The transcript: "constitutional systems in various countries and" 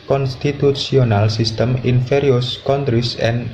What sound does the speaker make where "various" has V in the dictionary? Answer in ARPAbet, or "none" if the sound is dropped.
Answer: F